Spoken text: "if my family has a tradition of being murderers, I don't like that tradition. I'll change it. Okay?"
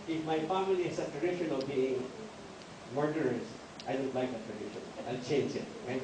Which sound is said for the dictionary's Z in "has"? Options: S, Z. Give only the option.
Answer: S